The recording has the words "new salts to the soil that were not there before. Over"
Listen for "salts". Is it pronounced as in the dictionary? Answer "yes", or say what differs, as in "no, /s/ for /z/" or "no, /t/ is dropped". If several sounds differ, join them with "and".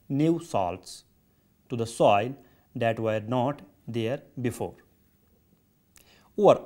yes